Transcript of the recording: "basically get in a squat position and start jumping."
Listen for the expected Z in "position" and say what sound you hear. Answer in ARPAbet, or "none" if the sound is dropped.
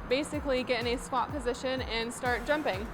Z